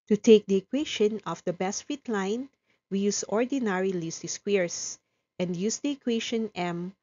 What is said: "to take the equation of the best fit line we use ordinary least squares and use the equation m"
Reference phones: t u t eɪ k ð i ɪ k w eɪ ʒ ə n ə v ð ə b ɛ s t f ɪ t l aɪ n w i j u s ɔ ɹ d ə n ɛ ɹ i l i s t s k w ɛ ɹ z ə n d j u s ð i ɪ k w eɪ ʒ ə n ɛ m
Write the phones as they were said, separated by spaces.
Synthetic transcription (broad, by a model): t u t eɪ k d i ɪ k w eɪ ʃ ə n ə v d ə b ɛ s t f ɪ t l aɪ n w i j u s ɔ ɹ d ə n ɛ ɹ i l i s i s k w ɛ ɹ s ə n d j u s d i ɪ k w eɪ ʃ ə n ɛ m